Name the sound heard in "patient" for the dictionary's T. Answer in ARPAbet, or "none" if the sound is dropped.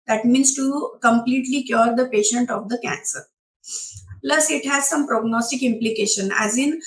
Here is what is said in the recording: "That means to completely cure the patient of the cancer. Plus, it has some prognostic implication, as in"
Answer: T